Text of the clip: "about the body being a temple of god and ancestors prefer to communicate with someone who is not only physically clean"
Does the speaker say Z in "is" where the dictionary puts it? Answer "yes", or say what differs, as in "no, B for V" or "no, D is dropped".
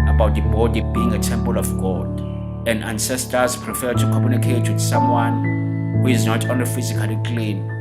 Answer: yes